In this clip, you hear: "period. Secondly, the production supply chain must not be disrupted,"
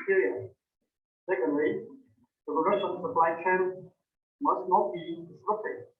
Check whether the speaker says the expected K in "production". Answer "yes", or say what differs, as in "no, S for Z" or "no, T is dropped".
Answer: no, K is dropped